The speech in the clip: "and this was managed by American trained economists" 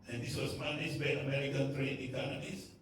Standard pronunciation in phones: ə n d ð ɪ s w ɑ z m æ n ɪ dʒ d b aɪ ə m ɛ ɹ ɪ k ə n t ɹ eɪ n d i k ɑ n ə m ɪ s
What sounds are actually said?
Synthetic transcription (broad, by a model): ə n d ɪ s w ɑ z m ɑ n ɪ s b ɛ ə m ɛ ɹ ɪ k ə n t ɹ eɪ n i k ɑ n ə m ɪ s